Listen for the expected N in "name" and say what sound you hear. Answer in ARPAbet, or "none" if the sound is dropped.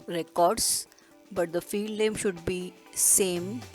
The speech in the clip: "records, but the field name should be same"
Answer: L